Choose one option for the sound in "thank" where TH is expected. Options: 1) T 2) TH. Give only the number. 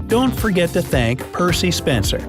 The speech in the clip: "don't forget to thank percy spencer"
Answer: 2